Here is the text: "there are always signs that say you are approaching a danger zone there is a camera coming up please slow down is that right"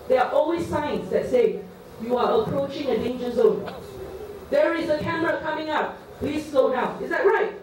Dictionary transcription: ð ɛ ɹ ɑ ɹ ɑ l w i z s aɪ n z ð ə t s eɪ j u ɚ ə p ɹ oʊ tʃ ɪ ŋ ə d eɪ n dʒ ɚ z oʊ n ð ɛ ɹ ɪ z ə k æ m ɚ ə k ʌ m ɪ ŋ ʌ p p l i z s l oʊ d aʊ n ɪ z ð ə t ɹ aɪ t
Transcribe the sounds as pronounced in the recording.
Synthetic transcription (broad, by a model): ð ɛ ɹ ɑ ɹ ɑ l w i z s aɪ n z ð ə t s eɪ j u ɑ ə p ɹ oʊ tʃ ɪ ŋ ə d eɪ n dʒ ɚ z oʊ n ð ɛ ɹ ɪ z ə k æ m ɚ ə k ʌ m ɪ ŋ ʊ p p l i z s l oʊ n aʊ ɪ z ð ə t ɹ aɪ t